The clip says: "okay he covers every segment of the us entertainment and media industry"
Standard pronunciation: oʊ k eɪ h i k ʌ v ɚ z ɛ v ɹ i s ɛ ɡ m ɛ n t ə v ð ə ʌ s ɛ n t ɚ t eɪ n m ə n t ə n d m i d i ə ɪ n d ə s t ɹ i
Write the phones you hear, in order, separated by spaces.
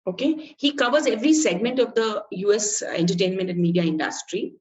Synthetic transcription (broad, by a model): oʊ k eɪ h i k ʌ v ɚ z ɛ v ɹ i s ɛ ɡ m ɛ n t ə v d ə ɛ s ɛ n t ɚ t eɪ n m ə n t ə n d m i d i ə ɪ n d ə s t ɹ i